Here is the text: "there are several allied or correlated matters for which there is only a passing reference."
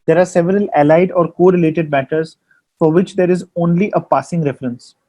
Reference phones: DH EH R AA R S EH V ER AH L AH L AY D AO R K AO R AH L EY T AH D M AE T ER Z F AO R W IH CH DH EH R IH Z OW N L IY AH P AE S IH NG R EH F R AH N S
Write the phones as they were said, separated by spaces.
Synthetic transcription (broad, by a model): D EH R AA R S EH V ER AH L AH L AY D AO R K AO R AH L EY T AH D M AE T ER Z F AO R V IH CH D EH R IH Z OW N L IY AH P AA S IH NG R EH F R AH N S